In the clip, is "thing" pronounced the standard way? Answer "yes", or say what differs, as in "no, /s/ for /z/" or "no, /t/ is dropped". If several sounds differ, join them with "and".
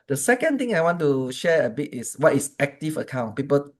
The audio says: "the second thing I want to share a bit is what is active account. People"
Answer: no, /t/ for /θ/